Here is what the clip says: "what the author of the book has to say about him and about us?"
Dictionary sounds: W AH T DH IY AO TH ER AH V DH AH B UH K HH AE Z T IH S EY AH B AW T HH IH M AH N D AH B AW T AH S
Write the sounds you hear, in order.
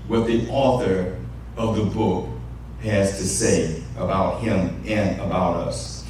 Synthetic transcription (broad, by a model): W AH T DH IY AO TH ER AH V DH AH B UH K HH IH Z T IH S EY AH B AW T HH IH M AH N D AH B AW T AH S